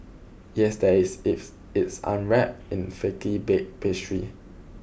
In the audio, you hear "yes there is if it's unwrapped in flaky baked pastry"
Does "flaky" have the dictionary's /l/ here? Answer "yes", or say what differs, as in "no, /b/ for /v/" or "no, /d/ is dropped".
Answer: no, /l/ is dropped